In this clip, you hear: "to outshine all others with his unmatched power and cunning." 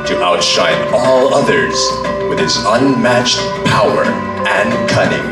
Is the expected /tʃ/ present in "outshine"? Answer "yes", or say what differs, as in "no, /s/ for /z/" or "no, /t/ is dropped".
yes